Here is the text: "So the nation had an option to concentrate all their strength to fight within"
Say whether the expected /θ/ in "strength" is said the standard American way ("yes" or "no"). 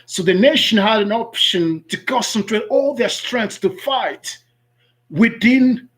no